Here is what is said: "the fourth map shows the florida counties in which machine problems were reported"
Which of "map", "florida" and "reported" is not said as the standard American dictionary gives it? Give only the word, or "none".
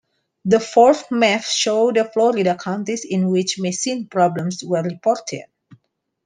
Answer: map